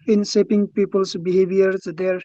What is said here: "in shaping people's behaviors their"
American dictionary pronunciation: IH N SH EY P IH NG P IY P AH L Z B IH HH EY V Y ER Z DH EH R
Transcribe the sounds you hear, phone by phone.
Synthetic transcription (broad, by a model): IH N S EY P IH NG P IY P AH L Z B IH HH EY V Y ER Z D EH R